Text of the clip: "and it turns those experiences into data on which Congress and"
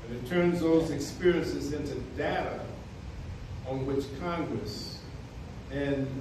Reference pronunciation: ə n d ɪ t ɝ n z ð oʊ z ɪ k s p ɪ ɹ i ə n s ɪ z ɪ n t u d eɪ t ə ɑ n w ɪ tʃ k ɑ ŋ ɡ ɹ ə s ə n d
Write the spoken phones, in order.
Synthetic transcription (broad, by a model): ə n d ɪ t ɝ n z ð oʊ z ɪ k s p ɪ ɹ i ə n s ɪ z ɪ n t u d eɪ t ə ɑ n w ɪ tʃ k ɑ ŋ ɡ ɹ ə s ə n